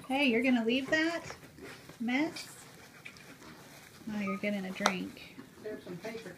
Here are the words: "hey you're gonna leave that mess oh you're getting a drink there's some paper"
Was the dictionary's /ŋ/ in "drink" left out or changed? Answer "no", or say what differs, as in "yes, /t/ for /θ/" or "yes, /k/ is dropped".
no